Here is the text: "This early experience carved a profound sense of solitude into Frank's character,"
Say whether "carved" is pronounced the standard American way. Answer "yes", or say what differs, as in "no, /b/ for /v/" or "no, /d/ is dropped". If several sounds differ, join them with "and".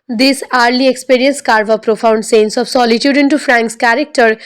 no, /d/ is dropped